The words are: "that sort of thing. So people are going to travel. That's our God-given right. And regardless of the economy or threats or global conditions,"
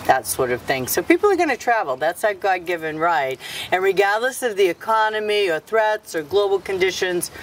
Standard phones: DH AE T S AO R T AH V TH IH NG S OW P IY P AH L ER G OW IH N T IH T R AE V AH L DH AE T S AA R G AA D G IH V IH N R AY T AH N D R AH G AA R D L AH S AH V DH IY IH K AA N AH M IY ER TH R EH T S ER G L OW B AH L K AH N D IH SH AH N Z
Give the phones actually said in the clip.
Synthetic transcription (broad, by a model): DH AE T S AO R T AH V TH IH NG S OW P IY P L ER G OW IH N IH T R AE V L DH AE T S AA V G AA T G IH V IH N R AY T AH N R AH G AA R D L AH S AH V DH IY IH K AA N AH M IY ER TH R EH T S ER G L OW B L K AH N D IH SH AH N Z